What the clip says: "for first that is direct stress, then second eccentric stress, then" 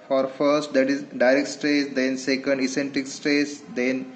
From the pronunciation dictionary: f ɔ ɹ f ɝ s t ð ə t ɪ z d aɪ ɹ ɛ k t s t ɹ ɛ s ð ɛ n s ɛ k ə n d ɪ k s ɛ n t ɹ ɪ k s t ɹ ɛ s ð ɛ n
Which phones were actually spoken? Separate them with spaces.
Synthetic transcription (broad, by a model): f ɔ ɹ f ɝ s t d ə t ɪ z d aɪ ɹ ɛ k t s t ɹ ɛ s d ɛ n s ɛ k ə n d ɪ s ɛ n t ɪ k s t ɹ ɛ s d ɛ n